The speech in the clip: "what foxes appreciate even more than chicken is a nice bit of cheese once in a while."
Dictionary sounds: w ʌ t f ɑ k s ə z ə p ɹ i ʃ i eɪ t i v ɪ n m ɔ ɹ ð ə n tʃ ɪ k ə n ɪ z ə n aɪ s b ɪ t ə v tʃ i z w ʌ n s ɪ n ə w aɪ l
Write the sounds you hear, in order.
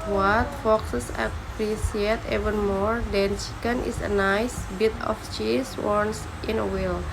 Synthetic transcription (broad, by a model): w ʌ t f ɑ k s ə s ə p ɹ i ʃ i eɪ t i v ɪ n m ɔ ɹ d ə n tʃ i k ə n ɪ s ə n aɪ s b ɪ t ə f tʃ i s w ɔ n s ɪ n ə w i l